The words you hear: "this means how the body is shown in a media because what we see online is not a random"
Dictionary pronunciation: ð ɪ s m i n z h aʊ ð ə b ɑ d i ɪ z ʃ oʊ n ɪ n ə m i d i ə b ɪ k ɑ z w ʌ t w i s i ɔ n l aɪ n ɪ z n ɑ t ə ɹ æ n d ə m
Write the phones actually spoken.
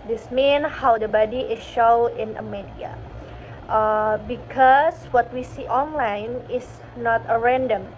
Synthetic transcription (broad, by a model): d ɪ s m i n h aʊ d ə b ɑ d i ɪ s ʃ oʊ ɪ n ə m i d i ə b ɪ k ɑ s w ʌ t w i s i ɔ n l aɪ n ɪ s n ɑ t ə ɹ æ n d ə m